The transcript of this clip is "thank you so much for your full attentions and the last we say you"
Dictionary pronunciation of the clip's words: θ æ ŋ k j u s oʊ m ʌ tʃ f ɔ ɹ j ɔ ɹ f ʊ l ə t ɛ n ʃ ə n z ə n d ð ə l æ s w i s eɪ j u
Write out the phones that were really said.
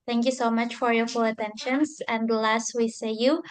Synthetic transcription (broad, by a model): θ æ ŋ k j u s oʊ m ʌ tʃ f ɔ ɹ j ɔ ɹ f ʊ l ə t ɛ n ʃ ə n s ə n d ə l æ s w i s eɪ j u